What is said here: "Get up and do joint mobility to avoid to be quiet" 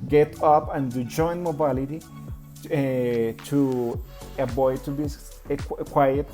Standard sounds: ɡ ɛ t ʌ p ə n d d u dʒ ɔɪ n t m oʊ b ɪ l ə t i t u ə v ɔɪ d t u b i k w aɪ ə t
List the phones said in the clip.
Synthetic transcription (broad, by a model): ɡ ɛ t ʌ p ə n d d u dʒ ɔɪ n m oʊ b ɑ l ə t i t u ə b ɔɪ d t u b i k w aɪ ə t